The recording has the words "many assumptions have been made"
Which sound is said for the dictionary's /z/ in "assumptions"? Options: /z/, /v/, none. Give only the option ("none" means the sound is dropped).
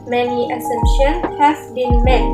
none